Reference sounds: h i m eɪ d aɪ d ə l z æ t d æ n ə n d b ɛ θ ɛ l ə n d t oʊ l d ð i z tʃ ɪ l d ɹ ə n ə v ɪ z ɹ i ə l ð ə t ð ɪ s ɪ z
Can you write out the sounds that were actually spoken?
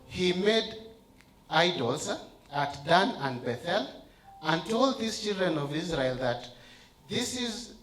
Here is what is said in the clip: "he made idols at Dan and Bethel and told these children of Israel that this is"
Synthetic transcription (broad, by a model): h i m eɪ d aɪ d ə l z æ t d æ n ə n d b ɛ θ ɛ l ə n t oʊ l d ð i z tʃ ɪ l d ɹ ə n ə v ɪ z ɹ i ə l ð ə t ð ɪ s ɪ z